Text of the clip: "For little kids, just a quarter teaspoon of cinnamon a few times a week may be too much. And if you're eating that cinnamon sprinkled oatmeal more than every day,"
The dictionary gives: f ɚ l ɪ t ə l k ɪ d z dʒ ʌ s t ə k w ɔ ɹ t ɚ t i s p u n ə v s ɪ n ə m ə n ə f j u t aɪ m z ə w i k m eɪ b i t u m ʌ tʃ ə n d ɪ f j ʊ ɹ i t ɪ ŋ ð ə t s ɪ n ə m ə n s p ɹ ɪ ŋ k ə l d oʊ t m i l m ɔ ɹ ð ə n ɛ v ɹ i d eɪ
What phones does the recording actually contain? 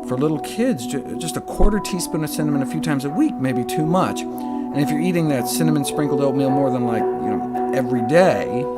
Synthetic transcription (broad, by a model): f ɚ l ɪ t l k ɪ d z dʒ ʌ s t ə k w ɔ ɹ t ɚ t i s p u n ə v s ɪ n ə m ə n ə f j u t aɪ m z ə w i k m eɪ b i t u m ʌ tʃ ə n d ɪ f j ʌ ɹ i t ɪ ŋ ð ə t s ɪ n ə m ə n s p ɹ ɪ ŋ k l d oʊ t m i l m ɔ ɹ ð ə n ɛ v ɹ i d eɪ